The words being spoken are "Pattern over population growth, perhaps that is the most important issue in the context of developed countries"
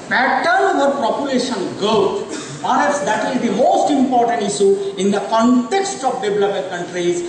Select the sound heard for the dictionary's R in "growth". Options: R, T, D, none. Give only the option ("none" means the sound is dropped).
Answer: none